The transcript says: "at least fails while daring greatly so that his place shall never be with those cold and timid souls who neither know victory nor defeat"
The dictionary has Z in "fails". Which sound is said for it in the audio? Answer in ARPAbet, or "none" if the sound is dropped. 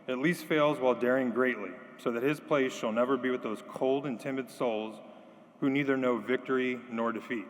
Z